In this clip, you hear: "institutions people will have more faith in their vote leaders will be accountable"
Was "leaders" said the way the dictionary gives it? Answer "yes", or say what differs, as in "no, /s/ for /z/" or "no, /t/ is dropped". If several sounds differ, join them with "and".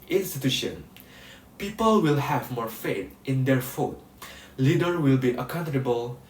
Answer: no, /z/ is dropped